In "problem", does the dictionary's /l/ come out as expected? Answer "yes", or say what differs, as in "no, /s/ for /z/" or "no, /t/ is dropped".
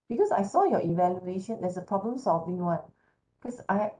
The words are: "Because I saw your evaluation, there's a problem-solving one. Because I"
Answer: yes